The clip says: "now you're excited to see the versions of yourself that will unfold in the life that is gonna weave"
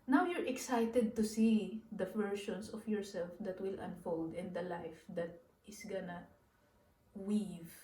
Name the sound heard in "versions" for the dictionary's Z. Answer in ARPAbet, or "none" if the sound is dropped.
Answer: S